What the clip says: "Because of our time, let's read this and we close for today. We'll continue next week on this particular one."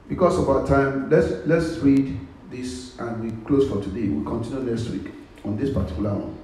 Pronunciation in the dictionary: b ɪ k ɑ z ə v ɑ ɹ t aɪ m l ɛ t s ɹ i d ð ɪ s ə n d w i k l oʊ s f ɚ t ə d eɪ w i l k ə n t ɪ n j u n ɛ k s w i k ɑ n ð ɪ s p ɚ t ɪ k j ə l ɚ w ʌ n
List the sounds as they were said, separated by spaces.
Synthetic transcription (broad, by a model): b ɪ k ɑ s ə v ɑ t aɪ m l ɛ t s ɹ i d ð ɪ s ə n w i k l oʊ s f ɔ t ə d eɪ w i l k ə n t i n j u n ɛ s w i k ɑ n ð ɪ s p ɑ t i k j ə l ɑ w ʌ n